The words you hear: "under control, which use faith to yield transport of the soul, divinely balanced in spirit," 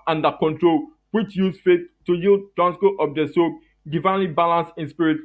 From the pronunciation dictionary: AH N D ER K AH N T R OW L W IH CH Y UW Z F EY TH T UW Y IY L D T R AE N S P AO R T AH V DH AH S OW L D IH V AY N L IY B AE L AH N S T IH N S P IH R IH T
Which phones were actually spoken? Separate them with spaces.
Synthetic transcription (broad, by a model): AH N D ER K AH N T R OW L W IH CH Y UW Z F EY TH T UW Y IY L D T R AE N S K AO T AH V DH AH S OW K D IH V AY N L IY B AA L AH N S IH N S P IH R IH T